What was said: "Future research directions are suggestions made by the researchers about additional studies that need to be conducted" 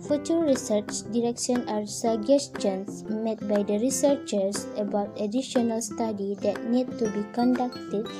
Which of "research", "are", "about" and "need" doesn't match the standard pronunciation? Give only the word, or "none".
none